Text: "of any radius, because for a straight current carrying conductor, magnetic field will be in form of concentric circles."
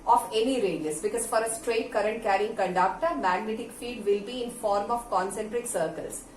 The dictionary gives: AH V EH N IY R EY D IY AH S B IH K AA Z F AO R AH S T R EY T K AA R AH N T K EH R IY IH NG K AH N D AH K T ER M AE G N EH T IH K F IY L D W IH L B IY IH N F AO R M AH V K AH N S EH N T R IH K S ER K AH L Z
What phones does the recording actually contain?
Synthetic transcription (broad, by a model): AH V EH N IY R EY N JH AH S B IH K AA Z F AO R AH S T R EY T K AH R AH N T K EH R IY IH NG K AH N D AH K T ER M AE G N EH T IH K F IY L D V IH L B IY IH N F AO R M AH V K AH N S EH N T R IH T S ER K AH L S